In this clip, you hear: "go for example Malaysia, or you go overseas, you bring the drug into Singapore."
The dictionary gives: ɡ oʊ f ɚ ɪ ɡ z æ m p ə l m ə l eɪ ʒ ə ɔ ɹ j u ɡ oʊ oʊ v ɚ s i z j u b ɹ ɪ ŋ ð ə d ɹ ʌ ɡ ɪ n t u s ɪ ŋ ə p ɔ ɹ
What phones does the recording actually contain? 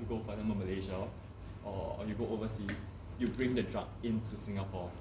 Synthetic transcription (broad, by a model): ɡ oʊ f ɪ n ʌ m b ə m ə l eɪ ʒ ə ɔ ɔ j u ɡ oʊ oʊ v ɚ s i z j u b ɹ ɪ ŋ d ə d ɹ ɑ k ɪ n t u s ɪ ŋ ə p ɔ